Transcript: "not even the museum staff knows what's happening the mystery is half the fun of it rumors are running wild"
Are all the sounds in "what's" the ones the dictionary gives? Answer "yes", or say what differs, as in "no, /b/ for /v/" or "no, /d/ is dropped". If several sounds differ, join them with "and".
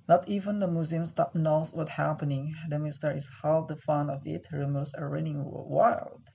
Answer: no, /s/ is dropped